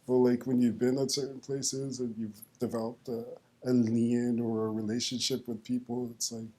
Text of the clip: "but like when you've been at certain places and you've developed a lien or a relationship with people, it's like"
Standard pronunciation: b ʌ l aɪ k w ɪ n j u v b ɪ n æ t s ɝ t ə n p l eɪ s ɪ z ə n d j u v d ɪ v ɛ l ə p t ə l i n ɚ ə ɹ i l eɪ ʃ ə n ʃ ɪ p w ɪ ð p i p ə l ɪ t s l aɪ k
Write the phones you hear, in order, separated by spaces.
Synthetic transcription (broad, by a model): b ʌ l aɪ k w ɪ n j u v b ɪ n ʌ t s ɝ t n p l eɪ s ɪ z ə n j u v d ɪ v ɛ l ə p t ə l i n ɚ ə ɹ i l eɪ ʃ ə n ʃ ɪ p w ɪ ð p i p l ɪ t s l aɪ k